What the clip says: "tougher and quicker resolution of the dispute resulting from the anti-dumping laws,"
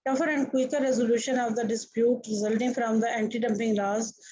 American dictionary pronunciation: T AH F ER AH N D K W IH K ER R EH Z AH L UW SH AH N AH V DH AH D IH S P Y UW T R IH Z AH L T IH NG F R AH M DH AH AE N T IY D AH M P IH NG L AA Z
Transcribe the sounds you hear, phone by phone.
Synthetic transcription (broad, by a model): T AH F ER AH N D K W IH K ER R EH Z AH L UW SH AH N AH V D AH D IH S P Y UW T R IH Z AH L T IH NG F R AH M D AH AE N T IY D AH M P IH NG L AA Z